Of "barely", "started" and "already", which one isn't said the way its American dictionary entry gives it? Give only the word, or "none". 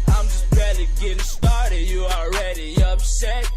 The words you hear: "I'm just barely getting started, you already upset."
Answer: barely